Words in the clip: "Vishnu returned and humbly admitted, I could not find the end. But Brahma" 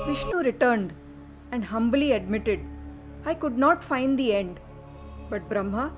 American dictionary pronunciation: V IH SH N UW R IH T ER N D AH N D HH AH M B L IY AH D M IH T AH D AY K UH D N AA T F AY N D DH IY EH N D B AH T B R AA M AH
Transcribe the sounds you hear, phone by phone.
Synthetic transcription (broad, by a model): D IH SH N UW R IH T ER N D AH N D HH AH M B L IY AH D M IH T AH D AY K UH D N AA T F AY N D IY EH N D B AH T B R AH M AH